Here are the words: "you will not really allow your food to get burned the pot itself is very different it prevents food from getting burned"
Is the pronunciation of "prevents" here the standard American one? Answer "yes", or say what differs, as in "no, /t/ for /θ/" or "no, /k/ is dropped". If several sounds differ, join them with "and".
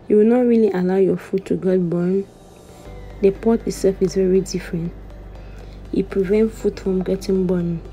no, /s/ is dropped